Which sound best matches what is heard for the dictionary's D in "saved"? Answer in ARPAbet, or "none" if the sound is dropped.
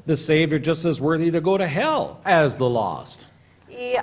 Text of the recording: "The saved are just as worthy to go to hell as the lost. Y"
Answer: none